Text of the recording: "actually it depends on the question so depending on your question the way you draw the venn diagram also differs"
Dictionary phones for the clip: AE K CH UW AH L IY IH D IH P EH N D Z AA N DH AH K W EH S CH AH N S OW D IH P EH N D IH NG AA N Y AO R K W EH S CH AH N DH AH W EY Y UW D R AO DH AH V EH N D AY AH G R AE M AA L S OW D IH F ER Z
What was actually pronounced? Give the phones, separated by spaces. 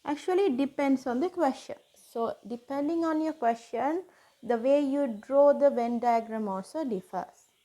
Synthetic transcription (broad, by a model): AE K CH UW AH L IY D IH P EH N D S AA N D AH K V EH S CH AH N S OW D IH P EH N D IH NG AA N Y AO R K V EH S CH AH N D AH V EY Y UW D R AO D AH V EH N D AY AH G R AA M AA L S OW D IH F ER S